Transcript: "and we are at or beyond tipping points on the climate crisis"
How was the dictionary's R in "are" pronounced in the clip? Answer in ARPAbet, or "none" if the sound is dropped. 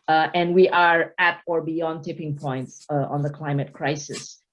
R